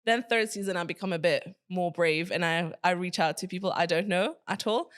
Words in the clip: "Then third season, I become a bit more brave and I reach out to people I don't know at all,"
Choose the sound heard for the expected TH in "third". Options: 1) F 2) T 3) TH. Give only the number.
3